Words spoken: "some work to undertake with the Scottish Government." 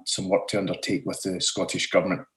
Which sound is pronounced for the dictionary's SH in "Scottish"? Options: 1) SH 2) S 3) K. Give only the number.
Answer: 1